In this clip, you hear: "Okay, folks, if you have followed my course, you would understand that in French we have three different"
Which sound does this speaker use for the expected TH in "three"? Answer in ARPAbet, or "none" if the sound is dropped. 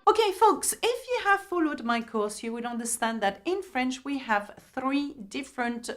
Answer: TH